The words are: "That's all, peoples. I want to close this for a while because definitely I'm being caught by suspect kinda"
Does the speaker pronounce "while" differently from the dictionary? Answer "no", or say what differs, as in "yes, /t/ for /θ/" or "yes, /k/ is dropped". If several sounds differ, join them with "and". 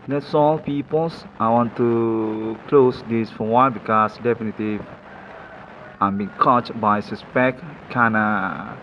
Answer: yes, /n/ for /l/